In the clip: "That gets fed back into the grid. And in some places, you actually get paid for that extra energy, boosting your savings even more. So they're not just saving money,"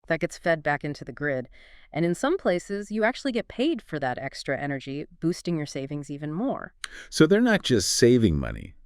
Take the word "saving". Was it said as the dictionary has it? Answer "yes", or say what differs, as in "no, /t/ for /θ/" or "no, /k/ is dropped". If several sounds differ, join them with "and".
yes